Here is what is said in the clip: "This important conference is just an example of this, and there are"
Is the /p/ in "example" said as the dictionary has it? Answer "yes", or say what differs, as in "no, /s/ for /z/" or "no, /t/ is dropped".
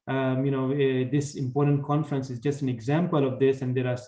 yes